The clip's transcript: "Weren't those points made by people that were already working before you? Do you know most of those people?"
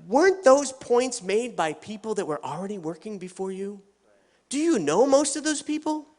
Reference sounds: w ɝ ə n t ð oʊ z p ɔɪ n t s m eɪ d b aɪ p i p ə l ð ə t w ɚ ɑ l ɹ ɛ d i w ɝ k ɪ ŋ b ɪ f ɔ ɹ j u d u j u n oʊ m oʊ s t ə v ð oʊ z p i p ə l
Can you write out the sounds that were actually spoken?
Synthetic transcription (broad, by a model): w ɝ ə n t ð oʊ z p ɔɪ n t s m eɪ d b aɪ p i p l ð ə t w ɚ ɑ l ɹ ɛ d i w ɝ k ɪ ŋ b ɪ f ɔ ɹ j u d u j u n oʊ m oʊ s t ə v ð oʊ z p i p l